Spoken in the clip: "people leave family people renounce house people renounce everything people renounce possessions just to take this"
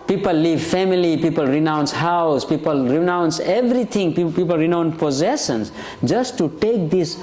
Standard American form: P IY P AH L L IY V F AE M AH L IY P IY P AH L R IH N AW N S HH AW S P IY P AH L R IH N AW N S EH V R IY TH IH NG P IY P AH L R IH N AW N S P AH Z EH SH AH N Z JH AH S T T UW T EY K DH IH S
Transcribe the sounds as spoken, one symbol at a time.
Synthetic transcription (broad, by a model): P IY P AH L L IY V F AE M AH L IY P IY P AH L R IH N AW N S HH AW S P IY P AH L R IH N AW N S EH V R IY T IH NG P IY P AH L R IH N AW N P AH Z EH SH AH N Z JH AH S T T UW T EY K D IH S